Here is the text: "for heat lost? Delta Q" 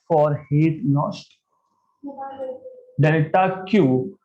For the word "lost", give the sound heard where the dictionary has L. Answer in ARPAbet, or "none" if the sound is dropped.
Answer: N